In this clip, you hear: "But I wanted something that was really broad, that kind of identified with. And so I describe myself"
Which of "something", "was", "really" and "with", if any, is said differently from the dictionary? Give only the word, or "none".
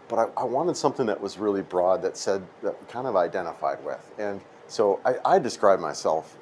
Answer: none